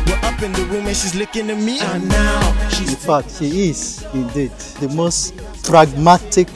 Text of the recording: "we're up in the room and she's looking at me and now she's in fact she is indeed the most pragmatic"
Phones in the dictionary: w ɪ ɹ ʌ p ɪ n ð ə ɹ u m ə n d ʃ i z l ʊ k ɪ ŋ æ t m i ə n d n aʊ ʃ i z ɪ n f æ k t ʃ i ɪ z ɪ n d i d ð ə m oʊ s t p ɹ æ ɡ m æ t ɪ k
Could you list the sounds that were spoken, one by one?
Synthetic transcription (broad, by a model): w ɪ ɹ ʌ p ɪ n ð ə w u m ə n ʃ i z l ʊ k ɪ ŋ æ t m i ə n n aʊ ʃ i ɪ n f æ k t ʃ i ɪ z ɪ n d i d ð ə m oʊ s t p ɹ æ ɡ m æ t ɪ k